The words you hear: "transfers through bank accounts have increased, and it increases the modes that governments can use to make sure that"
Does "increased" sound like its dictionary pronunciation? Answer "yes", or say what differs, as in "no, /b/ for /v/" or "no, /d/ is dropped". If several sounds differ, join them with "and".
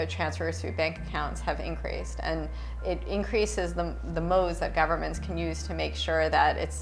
yes